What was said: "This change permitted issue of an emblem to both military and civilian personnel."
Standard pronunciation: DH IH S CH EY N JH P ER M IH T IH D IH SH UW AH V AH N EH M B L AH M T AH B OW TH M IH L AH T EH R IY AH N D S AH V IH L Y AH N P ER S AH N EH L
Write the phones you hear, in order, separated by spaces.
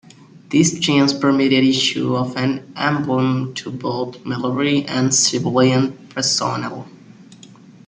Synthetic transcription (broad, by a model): DH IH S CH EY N Z P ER M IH T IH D IH SH UW AH V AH N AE M B L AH M T AH B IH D M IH L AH R IY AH N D S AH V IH L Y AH N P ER S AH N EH L